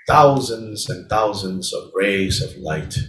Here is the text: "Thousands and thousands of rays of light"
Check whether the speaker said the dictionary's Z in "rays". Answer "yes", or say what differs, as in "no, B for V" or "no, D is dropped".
yes